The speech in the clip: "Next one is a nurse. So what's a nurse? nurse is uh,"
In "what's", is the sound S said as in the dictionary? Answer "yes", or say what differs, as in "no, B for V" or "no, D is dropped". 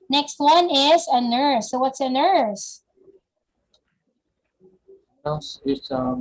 yes